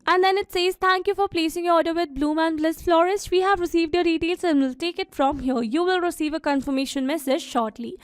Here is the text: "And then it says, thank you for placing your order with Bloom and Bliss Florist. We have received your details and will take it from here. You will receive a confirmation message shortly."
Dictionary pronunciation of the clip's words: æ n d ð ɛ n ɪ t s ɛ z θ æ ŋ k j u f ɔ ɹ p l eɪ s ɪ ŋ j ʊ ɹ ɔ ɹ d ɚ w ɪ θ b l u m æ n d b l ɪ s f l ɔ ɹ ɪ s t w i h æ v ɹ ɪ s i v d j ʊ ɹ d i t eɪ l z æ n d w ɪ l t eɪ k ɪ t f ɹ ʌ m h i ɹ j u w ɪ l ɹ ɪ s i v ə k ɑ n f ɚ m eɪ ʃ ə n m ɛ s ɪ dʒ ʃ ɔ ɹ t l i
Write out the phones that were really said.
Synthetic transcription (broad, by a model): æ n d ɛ n ɪ t s ɛ z t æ ŋ k j u f ɔ ɹ p l eɪ s ɪ ŋ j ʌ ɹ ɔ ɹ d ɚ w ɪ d b l u m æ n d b l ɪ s f l ɔ ɹ ɪ s t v i h æ v ɹ ɪ s i v d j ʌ d i t eɪ l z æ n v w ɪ l t eɪ k ɪ t f ɹ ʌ m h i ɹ j u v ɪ l ɹ ɪ s i v ə k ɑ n f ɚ m eɪ ʃ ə n m ɛ s ɪ dʒ ʃ ɔ ɹ t l i